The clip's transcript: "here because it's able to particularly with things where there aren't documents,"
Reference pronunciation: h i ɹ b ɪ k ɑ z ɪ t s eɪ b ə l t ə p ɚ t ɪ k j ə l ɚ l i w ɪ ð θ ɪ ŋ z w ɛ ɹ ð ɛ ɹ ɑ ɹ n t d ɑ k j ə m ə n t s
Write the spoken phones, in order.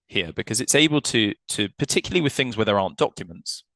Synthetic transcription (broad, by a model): h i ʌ b ɪ k ɑ z ɪ t s eɪ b ə l t ə p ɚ t ɪ k j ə l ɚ l i w ɪ ð θ ɪ ŋ z w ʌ ð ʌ ɹ ɑ n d ɑ k j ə m ə n t s